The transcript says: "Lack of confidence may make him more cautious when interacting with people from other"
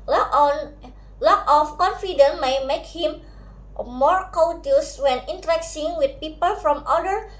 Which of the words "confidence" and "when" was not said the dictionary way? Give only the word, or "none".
confidence